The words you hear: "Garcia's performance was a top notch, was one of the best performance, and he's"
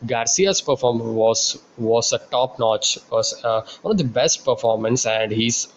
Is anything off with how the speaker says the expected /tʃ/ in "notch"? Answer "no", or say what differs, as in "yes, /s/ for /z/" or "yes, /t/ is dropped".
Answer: no